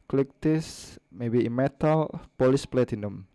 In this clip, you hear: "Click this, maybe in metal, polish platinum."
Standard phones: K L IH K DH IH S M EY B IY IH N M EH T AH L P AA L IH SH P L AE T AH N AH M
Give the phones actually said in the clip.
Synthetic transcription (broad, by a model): K L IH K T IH S M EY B IY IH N M EH T AH L P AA L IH S P L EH T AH N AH M